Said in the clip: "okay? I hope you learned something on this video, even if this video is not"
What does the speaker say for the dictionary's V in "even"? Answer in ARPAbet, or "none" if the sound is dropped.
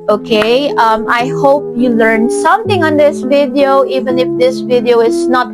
V